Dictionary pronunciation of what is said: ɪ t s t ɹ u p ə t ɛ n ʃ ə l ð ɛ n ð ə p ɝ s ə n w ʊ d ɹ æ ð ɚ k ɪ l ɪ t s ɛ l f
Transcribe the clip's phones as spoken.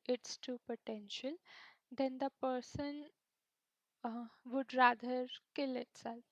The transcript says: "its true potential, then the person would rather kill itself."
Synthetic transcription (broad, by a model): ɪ t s t u p ə t ɛ n ʃ ə l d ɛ n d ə p ɝ s ə n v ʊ d ɹ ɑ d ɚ k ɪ l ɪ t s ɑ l